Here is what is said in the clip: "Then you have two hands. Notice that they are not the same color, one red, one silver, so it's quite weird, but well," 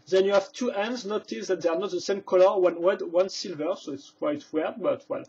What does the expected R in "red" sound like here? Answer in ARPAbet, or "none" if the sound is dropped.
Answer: W